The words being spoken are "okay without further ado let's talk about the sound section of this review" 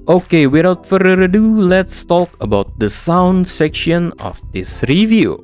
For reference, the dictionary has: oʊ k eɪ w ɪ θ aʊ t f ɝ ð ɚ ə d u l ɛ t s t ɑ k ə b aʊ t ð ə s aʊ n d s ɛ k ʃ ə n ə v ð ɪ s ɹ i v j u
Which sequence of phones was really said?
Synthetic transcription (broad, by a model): oʊ k eɪ w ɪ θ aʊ t f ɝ ɚ ə d u l ɛ t s t ɑ k ə b aʊ t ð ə s aʊ n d s ɛ k ʃ ə n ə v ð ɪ s ɹ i v j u